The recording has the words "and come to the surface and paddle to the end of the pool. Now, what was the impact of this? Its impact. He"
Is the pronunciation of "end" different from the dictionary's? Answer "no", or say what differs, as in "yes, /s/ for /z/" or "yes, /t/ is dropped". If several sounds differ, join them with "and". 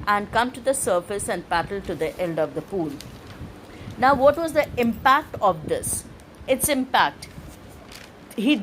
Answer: yes, /l/ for /n/